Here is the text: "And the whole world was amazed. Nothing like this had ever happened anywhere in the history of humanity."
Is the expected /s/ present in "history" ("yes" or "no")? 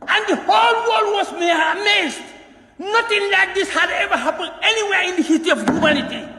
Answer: no